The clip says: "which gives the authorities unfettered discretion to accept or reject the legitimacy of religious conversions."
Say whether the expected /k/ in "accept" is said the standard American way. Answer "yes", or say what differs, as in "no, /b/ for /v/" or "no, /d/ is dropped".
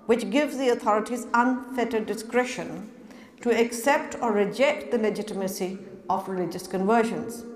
yes